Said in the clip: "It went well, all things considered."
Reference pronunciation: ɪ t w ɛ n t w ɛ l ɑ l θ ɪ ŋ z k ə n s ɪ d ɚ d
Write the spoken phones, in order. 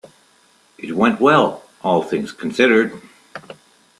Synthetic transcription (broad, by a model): ɪ t w ɛ n t w ɛ l ɑ l θ ɪ ŋ z k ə n s ɪ d ɚ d